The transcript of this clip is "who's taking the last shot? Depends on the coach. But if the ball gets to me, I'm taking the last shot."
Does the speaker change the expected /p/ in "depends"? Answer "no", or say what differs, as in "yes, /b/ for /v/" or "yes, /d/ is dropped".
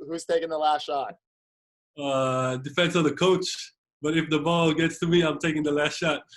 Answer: yes, /f/ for /p/